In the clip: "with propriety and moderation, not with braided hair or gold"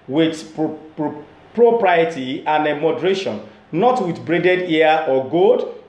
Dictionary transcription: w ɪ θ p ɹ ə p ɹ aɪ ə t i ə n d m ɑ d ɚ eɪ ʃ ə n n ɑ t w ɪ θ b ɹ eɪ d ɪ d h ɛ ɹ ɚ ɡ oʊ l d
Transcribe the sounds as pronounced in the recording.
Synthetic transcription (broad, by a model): w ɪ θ p ɹ ə p ɹ aɪ ə t i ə n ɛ m ɑ d ɚ eɪ ʃ ə n n ɑ t w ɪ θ b ɹ eɪ d ɪ d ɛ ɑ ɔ ɡ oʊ d